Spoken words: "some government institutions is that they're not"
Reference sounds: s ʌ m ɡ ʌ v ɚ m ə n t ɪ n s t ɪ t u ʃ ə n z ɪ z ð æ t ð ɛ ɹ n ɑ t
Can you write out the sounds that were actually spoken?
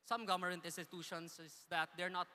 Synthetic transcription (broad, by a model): s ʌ m ɡ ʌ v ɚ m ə n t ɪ n s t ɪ t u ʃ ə n s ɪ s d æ t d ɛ ɹ n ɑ t